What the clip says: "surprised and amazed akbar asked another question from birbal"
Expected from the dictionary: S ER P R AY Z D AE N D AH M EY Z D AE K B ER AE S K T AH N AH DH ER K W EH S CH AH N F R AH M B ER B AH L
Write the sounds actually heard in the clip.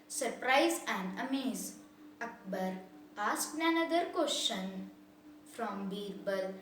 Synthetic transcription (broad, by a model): S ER P R AY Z AE N D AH M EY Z AH K B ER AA S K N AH N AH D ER K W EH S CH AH N F R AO M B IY B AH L